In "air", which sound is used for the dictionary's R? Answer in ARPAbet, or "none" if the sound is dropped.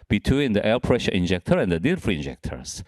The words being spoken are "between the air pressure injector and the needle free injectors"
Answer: L